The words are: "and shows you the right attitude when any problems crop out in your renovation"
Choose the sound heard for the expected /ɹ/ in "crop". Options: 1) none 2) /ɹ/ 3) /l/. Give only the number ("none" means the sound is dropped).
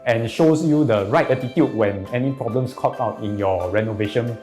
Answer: 1